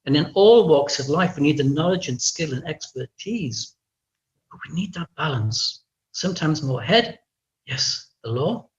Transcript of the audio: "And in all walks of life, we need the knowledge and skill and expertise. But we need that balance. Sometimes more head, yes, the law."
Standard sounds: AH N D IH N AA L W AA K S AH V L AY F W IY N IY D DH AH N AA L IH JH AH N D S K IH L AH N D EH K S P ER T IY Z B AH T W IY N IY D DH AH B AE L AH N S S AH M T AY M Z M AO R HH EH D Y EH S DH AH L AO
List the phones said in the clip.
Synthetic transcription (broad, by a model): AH N IH N AA L W AA K S AH V L AY F W IY N IY D DH AH N AA L IH JH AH N S K IH L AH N EH K S P ER T IY Z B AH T W IY N IY D DH AH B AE L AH N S S AH M T AY M Z M AO R HH EH D Y EH S DH AH L AO